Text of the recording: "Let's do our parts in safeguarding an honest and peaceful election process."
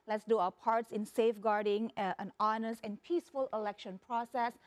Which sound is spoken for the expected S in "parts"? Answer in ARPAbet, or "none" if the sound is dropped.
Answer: S